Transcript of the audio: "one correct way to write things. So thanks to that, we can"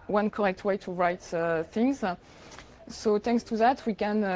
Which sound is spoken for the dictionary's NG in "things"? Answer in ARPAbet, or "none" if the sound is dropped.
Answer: NG